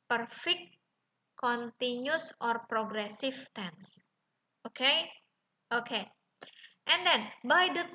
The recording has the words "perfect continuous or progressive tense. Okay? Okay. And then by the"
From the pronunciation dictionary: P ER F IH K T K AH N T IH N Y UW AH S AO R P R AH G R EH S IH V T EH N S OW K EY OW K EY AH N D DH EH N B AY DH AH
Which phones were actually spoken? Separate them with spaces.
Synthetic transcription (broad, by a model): P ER F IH K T K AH N T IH N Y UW S AO R P R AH G R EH S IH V T EH N S OW K EY OW K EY AH N D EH N B AY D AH